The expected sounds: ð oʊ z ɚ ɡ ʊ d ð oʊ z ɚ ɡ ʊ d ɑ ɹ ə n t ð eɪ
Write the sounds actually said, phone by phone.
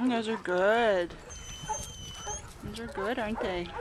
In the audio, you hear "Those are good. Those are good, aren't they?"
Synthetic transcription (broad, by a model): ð oʊ z ɚ ɡ ʊ d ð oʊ z ɚ ɡ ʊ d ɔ ə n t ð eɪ